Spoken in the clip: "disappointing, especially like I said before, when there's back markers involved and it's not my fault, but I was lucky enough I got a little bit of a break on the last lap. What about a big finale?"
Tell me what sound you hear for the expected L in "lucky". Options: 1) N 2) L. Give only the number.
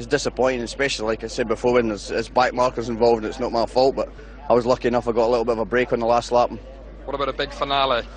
2